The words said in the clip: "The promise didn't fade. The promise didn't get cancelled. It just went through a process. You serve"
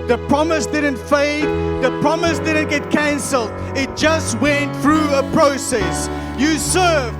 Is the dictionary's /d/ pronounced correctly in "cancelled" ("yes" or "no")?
yes